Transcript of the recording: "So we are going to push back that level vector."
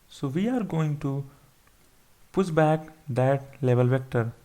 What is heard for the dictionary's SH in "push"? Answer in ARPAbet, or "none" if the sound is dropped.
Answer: S